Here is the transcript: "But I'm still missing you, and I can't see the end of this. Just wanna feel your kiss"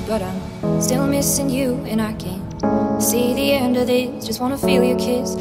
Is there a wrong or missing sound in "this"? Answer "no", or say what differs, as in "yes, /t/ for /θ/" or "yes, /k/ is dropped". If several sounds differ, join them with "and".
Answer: yes, /s/ is dropped